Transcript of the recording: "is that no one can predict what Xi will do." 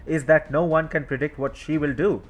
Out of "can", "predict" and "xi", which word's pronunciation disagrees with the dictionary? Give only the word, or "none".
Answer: none